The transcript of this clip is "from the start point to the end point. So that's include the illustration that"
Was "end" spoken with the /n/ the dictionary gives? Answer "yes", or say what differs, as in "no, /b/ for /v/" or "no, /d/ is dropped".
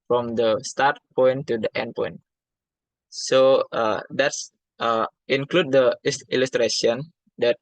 yes